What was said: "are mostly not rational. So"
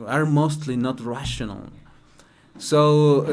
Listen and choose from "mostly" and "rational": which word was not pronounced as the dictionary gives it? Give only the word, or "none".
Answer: none